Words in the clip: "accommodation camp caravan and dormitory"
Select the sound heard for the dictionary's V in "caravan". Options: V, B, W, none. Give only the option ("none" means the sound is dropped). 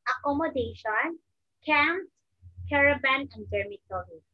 B